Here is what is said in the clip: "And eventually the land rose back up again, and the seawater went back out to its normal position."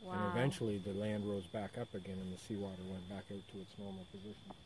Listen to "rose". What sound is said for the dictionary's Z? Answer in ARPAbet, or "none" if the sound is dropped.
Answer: Z